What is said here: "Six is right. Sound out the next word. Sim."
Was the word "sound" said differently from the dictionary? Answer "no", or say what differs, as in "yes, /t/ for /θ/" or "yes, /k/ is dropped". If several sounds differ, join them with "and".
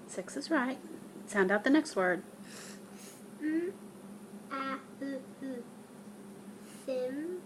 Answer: no